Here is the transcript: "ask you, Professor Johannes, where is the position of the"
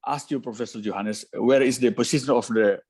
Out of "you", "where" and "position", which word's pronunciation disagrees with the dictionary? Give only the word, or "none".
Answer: position